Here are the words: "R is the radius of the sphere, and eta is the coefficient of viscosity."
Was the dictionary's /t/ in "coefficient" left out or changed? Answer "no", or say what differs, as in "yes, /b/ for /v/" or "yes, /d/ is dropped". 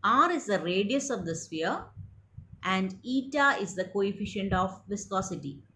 no